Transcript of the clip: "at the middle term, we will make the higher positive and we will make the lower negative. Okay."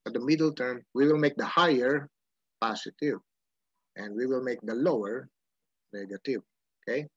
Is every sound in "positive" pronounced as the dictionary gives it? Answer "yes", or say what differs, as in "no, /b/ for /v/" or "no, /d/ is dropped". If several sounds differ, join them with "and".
no, /s/ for /z/